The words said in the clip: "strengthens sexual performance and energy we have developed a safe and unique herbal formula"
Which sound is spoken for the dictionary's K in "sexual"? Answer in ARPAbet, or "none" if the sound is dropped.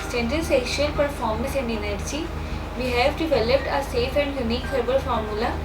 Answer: none